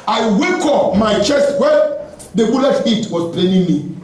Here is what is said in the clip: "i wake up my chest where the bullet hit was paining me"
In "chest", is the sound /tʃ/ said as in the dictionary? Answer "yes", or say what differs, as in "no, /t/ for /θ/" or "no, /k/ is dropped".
yes